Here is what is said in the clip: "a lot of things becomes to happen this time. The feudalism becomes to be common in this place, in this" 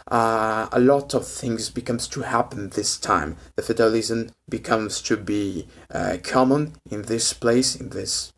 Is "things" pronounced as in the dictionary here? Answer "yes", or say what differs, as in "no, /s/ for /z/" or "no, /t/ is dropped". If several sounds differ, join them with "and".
yes